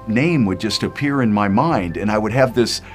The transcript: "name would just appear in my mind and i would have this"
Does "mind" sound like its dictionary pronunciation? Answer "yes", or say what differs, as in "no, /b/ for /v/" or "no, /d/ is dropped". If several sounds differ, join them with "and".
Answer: yes